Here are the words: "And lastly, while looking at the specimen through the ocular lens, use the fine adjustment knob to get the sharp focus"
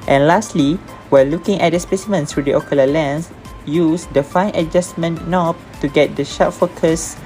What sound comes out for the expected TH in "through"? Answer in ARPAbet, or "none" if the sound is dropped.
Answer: S